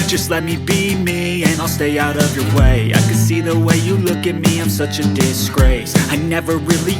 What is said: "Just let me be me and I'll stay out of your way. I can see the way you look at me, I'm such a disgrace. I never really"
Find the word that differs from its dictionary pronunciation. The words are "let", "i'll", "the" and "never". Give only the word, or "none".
none